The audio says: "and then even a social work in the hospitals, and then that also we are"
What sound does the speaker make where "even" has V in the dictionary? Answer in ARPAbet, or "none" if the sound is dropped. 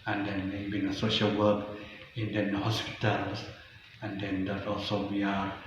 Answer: B